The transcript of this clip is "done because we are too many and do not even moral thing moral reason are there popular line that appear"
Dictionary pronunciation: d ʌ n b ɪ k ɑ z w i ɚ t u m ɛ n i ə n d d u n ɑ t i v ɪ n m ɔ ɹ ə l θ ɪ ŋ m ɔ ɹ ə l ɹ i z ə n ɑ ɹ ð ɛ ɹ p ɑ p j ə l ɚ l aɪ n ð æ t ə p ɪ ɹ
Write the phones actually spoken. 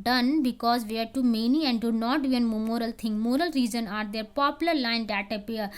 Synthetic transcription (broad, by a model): d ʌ n b ɪ k ɑ z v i ɚ t u m ɛ n i ə n d d u n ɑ t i ɪ n m ɔ ɹ ə l t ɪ ŋ m ɔ ɹ ə l ɹ i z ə n ɑ ɹ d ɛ ɹ p ɑ p j ə l ɚ l aɪ n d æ t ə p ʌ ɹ